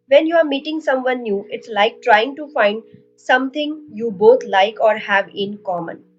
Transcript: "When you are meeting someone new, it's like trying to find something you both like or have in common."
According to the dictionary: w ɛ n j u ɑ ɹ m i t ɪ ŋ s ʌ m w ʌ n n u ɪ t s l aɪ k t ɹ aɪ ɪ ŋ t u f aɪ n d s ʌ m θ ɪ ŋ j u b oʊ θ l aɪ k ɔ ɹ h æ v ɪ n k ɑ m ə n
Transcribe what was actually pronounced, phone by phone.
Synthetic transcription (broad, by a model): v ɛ n j u ɑ ɹ m i t ɪ ŋ s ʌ m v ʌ n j u ɪ t s l aɪ k t ɹ aɪ ɪ ŋ t u f aɪ n d s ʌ m t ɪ ŋ j u b oʊ t l aɪ k ɔ ɹ h æ v ɪ n k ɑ m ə n